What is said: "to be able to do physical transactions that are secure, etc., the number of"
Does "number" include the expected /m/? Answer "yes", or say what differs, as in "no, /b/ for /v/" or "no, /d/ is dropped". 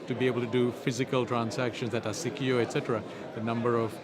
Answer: yes